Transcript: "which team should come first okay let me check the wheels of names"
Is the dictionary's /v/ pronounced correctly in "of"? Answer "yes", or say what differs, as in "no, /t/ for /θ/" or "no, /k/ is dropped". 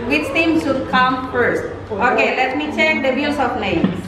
no, /p/ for /v/